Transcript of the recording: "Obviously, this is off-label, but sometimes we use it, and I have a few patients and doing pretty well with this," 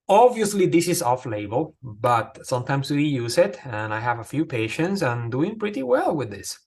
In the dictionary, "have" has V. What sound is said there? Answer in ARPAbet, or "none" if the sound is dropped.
V